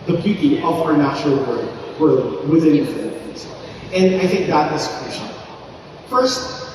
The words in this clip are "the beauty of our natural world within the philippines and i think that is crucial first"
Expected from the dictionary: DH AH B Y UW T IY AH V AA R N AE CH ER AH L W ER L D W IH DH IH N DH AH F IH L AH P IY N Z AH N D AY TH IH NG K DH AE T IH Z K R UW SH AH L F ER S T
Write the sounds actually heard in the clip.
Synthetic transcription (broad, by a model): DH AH B Y UW T IY AH V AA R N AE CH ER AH L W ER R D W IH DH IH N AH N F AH IY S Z AH N D AY TH IH NG K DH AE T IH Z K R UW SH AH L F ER S T